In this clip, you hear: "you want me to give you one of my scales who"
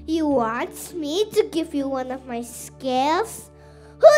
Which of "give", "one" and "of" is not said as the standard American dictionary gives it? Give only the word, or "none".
none